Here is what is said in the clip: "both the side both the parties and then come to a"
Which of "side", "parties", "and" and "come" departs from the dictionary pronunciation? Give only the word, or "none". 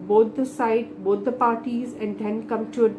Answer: none